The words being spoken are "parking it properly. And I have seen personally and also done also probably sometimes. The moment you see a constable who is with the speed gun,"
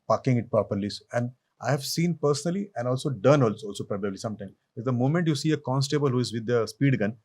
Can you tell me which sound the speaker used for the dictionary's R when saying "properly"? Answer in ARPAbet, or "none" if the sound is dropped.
none